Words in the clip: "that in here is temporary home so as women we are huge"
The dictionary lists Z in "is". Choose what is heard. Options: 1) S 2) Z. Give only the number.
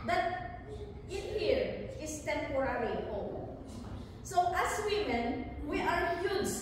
1